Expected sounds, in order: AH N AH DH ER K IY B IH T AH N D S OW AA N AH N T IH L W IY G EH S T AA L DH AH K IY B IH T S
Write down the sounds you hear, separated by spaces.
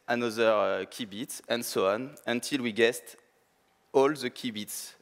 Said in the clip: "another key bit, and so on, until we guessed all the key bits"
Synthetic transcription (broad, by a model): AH N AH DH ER K IY B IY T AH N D S OW AA N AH N T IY L W IY G EH S T AA L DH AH K IY B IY T S